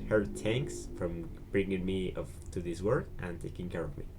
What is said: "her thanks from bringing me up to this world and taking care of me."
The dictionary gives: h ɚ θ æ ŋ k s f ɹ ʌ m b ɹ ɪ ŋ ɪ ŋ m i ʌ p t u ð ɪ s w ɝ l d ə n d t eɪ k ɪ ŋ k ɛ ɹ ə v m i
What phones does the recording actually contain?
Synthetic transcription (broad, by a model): h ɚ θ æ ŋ k s f ɹ ʌ m b ɹ ɪ ŋ ɪ ŋ m i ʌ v t u ð ɪ s w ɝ d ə n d t eɪ k ɪ ŋ k ɛ ɹ ə v m i